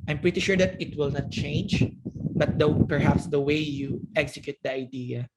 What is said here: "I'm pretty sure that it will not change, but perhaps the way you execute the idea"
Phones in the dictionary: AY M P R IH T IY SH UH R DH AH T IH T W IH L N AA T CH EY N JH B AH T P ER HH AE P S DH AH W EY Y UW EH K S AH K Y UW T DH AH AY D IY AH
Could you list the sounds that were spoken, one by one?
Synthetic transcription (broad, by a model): AY M P R IH T IY SH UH R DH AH T IH T W IH L N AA T CH EY N JH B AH T P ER HH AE P S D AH W EY Y UW EH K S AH K Y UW T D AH AY D IY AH